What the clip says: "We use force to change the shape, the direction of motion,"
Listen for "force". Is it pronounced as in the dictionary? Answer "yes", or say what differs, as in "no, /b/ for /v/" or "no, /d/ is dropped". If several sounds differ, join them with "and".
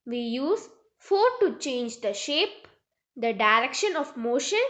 no, /s/ is dropped